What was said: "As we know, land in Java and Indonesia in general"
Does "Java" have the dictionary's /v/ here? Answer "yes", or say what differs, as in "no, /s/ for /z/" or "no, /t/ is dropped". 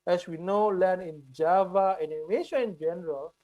yes